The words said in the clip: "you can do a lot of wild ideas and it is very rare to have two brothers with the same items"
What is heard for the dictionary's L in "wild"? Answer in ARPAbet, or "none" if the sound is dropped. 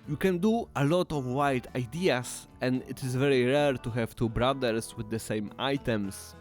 none